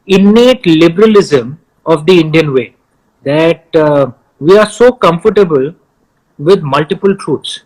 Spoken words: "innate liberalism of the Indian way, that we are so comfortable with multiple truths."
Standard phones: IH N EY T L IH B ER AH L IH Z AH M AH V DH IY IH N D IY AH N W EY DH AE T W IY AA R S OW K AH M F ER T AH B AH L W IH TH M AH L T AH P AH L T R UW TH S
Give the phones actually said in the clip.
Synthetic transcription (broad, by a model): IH N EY T L IH B ER AH L IH Z AH M AH V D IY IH N D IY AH N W EY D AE T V IY AA R S OW K AH M F ER T AH B AH L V IH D M AH L T AH P AH L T R UW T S